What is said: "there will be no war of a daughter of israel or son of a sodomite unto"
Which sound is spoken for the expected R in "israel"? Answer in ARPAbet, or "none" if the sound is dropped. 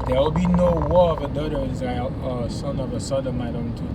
none